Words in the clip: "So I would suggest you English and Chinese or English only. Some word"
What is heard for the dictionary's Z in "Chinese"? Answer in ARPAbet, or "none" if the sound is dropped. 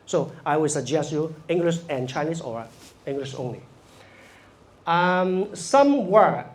S